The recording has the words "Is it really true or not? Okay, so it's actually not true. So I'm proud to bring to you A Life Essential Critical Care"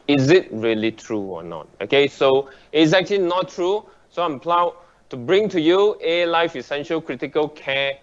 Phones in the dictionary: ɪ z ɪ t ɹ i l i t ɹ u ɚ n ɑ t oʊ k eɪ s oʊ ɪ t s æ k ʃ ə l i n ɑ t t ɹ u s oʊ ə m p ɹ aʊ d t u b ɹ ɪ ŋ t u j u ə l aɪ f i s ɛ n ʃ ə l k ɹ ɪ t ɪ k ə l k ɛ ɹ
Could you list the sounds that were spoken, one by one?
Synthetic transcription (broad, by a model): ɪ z ɪ t ɹ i l i t ɹ u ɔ n ɑ t oʊ k eɪ s oʊ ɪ t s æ k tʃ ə l i n ɑ t t ɹ u s oʊ ə m p l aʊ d t u b ɹ ɪ ŋ t u j u ə l aɪ f i s ɛ n ʃ ə l k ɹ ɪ t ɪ k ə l k ɛ